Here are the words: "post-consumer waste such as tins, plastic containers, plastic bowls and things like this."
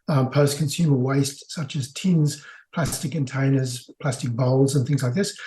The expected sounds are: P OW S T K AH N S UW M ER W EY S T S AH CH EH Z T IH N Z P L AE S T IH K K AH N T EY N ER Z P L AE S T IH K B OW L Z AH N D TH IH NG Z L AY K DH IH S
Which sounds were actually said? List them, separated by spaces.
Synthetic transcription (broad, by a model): P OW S K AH N S UW M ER W EY S T S AH CH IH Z T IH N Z P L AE S T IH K K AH N T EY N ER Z P L AE S T IH K B OW L Z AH N TH IH NG Z L AY K DH IH S